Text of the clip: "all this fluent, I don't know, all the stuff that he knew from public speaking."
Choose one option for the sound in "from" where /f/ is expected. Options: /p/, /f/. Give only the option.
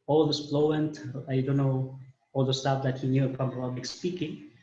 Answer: /p/